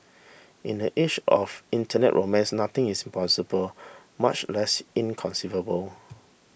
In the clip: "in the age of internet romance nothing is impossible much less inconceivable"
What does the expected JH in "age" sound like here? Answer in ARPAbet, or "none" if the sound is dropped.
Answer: SH